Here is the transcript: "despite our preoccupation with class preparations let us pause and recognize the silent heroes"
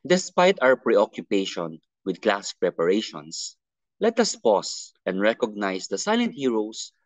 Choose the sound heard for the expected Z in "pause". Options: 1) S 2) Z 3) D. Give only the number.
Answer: 1